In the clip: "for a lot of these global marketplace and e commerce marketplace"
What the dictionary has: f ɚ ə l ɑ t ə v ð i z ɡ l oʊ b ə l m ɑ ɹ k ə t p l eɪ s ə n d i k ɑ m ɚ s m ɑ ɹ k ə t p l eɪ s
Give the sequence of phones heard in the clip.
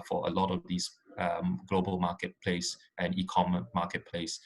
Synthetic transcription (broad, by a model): f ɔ ə l ɑ t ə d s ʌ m ɡ l oʊ b ə l m ɑ k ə t p l eɪ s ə n i k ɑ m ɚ m ɑ k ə t p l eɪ s